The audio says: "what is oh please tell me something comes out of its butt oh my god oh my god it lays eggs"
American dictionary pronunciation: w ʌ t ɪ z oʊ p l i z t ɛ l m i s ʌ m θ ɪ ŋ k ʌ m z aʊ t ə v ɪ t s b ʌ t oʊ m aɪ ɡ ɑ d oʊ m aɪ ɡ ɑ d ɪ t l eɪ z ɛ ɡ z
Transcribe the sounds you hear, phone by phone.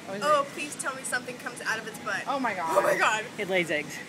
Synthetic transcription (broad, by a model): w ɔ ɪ p l i z t ɛ l m i s ʌ m θ ɪ ŋ k ʌ m z aʊ t ə v ɪ t s b ʌ t oʊ m aɪ ɡ ɑ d oʊ m aɪ ɡ ɑ d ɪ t l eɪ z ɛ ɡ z